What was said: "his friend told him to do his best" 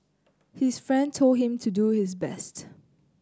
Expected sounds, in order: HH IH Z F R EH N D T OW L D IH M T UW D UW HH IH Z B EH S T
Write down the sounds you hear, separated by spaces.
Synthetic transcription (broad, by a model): HH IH S F R EH N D T OW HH IH M T UW D UW HH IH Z B EH S T